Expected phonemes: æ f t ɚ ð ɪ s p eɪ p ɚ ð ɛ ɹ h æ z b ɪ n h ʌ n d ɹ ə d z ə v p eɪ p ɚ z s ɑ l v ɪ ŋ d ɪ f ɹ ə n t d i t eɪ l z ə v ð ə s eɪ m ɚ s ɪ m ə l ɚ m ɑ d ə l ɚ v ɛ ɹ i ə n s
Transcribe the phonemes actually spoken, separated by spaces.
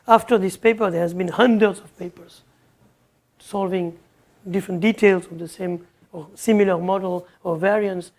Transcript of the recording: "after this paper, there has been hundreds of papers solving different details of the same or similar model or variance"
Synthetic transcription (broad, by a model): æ f t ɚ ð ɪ s p eɪ p ɚ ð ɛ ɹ h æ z b ɪ n h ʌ n d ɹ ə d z ə v p eɪ p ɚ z s ɑ l v ɪ ŋ d ɪ f ɹ ə n t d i t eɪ l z ə v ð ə s eɪ m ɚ s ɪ m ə l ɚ m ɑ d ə l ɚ v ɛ ɹ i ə n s